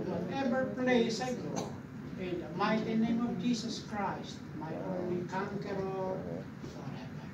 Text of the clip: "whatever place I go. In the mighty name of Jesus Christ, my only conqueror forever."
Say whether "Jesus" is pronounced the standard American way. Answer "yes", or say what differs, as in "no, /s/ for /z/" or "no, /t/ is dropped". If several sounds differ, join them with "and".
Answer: no, /s/ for /z/